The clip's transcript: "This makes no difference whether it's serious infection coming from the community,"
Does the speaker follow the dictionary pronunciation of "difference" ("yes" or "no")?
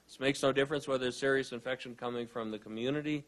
yes